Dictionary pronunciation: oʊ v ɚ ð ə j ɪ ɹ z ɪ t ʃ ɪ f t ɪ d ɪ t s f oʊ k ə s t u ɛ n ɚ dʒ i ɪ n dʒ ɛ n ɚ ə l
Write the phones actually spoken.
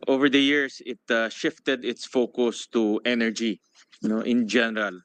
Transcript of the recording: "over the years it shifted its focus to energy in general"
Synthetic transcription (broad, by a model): oʊ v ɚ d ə j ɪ ɹ s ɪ t ʃ ɪ f t ɪ d ɪ t s f oʊ k ə s t u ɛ n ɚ dʒ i ɪ n dʒ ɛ n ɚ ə l